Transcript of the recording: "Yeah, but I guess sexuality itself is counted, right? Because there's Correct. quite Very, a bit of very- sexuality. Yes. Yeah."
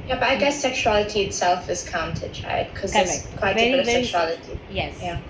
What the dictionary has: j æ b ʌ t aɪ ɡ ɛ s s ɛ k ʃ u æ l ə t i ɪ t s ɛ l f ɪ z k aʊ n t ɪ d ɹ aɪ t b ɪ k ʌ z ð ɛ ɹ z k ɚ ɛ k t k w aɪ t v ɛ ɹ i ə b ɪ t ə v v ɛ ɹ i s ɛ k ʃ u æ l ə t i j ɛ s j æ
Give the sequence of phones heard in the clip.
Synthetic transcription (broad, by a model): j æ b ʌ t aɪ ɡ ɛ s s ɛ k ʃ u æ l ə t i ɪ t s ɛ l f ɪ z k aʊ n t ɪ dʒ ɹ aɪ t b k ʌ z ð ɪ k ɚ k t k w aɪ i ə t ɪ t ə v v s ɛ k ʃ u æ l ə t i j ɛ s j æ